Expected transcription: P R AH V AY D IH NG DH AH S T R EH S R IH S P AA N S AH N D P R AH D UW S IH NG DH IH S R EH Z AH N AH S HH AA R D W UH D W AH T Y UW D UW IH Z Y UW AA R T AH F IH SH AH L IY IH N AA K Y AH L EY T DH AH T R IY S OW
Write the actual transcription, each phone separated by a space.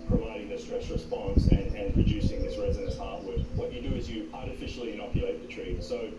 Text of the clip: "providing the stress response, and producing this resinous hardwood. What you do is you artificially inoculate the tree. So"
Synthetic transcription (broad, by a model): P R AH V AY D IH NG DH AH S T R EH S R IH S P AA N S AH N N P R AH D UW S IH NG DH IH S R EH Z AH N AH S HH AA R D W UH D W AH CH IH D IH IH Z Y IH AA R T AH F IH SH L IY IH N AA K Y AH L EY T DH AH T R IY S OW